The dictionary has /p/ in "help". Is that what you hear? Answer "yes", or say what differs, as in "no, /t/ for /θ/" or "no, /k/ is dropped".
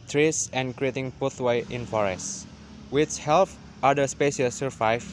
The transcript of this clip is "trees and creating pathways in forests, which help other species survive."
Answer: no, /f/ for /p/